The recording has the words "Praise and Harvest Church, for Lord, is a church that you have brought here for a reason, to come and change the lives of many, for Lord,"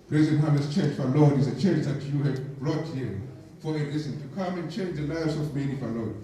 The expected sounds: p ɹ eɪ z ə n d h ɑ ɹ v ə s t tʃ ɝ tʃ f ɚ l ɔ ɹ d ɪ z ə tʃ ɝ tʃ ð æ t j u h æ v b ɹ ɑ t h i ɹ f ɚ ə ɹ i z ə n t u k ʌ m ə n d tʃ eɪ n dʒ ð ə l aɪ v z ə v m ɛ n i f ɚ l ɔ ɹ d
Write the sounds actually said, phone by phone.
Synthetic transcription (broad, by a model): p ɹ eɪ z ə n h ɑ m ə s tʃ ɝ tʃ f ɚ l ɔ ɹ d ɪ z ə tʃ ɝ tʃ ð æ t j u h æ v b ɹ ɑ t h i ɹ f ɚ ə l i s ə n t u k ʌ m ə n tʃ eɪ n dʒ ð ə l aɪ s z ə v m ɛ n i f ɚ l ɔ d